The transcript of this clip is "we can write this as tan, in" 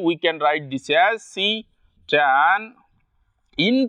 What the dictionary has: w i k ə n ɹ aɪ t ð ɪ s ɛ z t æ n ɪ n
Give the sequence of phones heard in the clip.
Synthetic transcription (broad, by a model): w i k ə n ɹ aɪ t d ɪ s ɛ s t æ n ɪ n